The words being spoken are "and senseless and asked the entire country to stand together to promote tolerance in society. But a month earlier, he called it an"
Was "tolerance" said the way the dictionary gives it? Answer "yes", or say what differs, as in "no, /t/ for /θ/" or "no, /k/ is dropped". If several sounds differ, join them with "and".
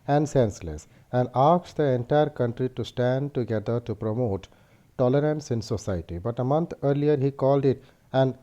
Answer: yes